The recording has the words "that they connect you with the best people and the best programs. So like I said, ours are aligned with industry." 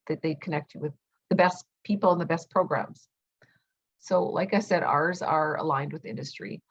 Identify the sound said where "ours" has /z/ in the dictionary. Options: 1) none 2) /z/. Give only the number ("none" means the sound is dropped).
2